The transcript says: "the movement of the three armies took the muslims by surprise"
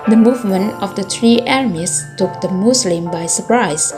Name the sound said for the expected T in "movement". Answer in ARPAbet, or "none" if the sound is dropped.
none